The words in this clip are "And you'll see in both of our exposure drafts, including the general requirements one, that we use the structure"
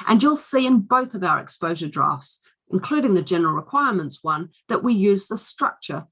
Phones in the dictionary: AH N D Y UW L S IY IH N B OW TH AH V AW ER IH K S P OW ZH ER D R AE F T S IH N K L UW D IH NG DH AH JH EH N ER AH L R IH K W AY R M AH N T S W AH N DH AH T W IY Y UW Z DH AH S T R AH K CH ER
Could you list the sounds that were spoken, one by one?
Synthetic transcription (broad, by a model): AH N Y UW L S IY IH N B OW TH AH V AW ER IH K S P OW ZH ER D R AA F T S IH N K L UW D IH NG DH AH JH EH N ER AH L R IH K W AY R M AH N T S W AH N DH AH T W IY Y UW Z DH AH S T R AH K CH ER